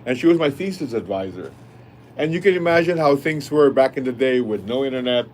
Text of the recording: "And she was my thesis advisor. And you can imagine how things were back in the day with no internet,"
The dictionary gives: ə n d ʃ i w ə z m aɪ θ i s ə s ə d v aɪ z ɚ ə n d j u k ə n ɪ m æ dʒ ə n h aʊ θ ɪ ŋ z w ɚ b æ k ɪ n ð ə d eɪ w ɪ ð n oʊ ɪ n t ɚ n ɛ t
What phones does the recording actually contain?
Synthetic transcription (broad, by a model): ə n ʃ i w ə z m aɪ f i s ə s ə d v aɪ z ɚ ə n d j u k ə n ɪ m æ dʒ ə n h aʊ θ ɪ ŋ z w ɚ b æ k ɪ n ð ə d eɪ w ɪ ð n oʊ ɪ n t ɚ n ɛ t